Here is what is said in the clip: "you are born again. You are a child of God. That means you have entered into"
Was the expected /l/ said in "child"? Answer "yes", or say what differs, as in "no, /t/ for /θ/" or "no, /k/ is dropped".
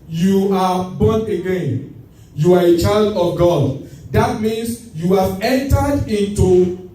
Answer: yes